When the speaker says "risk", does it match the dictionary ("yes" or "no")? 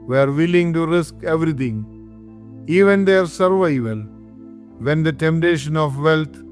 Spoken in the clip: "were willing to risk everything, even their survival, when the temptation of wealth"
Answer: yes